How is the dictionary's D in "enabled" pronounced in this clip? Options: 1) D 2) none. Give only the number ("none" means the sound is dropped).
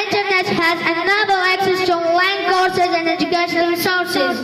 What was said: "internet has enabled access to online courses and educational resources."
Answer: 2